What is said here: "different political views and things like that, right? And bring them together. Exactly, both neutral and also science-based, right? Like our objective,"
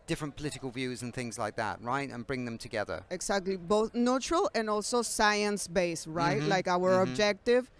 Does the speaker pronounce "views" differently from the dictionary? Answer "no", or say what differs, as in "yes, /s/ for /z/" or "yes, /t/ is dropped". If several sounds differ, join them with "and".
no